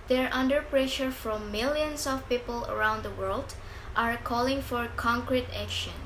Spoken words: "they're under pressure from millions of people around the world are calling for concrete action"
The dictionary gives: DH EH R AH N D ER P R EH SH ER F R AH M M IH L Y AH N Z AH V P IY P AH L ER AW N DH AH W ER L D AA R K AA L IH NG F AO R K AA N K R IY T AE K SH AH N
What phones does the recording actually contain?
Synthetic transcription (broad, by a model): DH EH R AH N D ER P R EH SH ER F R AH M M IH L Y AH N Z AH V P IY P AH L ER AW N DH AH W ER L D AA R K AA L IH NG F AO R K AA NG K R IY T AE K SH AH N